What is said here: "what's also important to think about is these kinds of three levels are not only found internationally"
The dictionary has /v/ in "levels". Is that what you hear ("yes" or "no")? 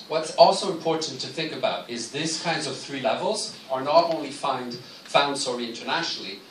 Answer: yes